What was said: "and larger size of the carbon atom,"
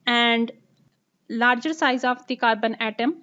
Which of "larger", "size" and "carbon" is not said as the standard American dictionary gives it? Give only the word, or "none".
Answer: none